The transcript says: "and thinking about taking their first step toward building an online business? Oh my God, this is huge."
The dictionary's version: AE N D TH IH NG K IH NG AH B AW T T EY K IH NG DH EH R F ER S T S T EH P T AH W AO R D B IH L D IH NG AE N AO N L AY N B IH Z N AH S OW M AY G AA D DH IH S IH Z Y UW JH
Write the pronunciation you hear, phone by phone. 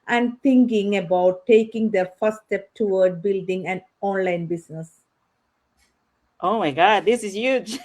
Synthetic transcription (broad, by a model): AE N D T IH NG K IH NG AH B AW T T EY K IH NG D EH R F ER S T S T EH P T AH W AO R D B IH L D IH NG AE N AO N L AY N B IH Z N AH S OW M AY G AA D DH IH S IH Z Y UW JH